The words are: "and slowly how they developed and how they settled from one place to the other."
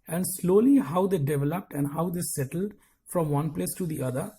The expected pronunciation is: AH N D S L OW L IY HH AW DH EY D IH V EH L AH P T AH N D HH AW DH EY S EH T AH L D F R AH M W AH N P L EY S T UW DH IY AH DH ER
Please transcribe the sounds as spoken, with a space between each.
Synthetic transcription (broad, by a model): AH N D S L OW L IY HH AW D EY D IH V EH L AH P T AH N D HH AW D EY S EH T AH L D F R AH M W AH N P L EY S T UW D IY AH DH ER